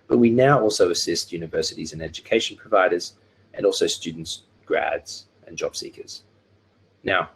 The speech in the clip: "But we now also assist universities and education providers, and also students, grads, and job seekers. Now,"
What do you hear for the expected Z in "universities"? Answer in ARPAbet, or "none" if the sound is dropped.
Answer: Z